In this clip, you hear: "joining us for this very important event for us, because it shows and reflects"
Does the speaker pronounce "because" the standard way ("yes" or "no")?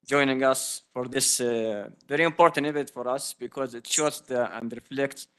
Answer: yes